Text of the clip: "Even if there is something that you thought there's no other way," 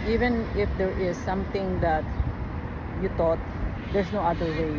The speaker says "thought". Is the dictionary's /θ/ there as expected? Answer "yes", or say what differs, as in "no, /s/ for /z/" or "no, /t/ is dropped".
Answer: no, /t/ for /θ/